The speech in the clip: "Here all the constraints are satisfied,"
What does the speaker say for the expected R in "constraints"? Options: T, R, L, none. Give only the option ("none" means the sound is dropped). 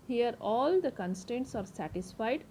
none